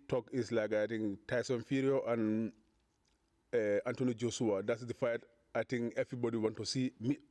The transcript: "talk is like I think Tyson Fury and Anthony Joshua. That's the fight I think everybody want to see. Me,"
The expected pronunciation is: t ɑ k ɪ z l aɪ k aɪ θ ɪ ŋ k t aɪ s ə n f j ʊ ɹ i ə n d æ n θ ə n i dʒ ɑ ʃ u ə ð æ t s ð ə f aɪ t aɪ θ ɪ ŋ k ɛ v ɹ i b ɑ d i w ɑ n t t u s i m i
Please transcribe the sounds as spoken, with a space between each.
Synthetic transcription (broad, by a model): t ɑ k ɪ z l aɪ k aɪ t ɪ ŋ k t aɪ s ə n f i ɹ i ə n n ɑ n t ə n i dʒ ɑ s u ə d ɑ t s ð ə f aɪ t aɪ t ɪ ŋ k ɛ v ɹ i b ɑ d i w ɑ n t t u s i m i